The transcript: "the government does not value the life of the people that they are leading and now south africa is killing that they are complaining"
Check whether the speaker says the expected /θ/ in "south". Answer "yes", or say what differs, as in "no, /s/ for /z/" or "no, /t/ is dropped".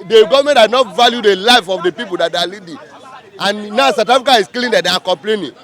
no, /t/ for /θ/